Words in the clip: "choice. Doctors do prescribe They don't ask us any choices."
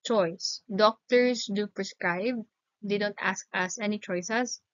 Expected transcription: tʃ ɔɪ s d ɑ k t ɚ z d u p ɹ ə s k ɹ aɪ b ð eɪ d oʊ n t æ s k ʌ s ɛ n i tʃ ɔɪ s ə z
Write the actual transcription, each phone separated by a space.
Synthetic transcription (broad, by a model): tʃ ɔɪ s d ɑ k t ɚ s d u p ɹ ə s k ɹ aɪ b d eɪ d oʊ n t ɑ s k ʌ s ɛ n i tʃ ɔɪ s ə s